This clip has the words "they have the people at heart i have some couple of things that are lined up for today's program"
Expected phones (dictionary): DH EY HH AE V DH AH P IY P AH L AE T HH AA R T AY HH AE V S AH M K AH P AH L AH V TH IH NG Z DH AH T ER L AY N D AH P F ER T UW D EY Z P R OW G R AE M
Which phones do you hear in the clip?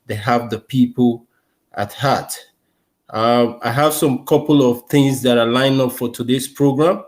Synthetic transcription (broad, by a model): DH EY HH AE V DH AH P IY P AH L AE T HH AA T AY HH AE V S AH M K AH P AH L AH V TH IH NG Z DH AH T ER L AY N AH P F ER T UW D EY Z P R OW G R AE M